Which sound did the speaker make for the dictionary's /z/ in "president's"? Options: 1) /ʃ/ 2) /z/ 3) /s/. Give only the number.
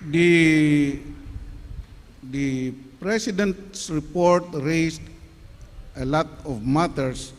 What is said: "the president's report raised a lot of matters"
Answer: 3